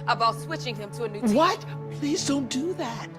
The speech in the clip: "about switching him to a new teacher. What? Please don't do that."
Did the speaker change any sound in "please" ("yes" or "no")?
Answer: no